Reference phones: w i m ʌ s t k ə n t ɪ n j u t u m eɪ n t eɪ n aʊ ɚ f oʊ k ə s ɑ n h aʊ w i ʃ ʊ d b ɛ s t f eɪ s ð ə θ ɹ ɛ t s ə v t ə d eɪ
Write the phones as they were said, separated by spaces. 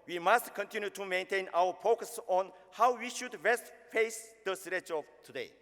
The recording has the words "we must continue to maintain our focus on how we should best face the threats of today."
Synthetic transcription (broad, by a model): w i m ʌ s t k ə n t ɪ n j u t u m eɪ n t eɪ n aʊ ɚ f oʊ k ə s ɑ n h aʊ w i ʃ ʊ d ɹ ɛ s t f eɪ s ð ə s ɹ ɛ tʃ ə v t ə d eɪ